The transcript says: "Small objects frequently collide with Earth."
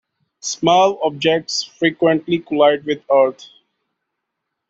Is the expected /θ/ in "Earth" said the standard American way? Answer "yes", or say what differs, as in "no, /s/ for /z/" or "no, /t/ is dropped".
no, /t/ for /θ/